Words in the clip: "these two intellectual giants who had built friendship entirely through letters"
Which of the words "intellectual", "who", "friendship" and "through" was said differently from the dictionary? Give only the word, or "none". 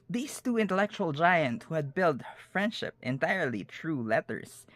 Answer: through